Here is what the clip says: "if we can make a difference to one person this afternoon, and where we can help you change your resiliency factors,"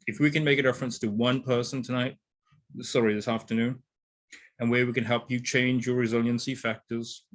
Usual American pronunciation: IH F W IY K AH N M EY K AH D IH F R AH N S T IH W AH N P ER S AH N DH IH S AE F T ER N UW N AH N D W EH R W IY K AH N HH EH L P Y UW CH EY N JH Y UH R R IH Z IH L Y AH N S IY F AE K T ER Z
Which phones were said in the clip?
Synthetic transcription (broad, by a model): IH F W IY K AH N M EY K AH D IH F R AH N S T IH W AH N P ER S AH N DH IH S AE F T ER N UW N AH N W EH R W IY K AH N HH EH L P Y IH CH EY N JH Y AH R R IH Z IH L Y AH N S IY F AE K T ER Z